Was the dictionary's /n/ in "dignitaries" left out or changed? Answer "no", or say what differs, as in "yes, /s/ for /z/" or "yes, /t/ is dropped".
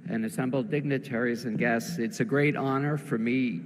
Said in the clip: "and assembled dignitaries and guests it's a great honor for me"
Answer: no